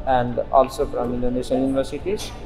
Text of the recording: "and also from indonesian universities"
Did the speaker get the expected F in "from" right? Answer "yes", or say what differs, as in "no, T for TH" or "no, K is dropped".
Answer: no, P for F